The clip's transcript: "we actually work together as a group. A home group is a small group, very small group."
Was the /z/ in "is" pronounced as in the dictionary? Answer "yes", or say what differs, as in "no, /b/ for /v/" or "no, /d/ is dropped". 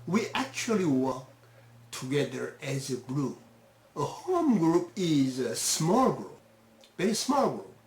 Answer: yes